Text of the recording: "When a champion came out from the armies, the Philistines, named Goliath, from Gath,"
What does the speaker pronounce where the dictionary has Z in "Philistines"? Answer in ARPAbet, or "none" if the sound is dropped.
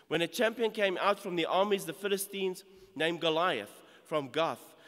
Z